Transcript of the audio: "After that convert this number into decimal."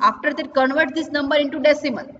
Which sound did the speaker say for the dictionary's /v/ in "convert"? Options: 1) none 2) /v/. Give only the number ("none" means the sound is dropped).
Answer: 2